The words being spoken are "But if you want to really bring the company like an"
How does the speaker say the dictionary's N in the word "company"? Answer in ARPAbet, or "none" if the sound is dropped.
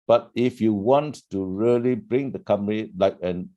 none